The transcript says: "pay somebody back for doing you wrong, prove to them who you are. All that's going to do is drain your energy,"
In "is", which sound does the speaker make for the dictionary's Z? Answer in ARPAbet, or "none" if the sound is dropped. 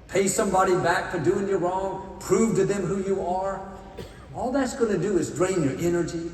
Z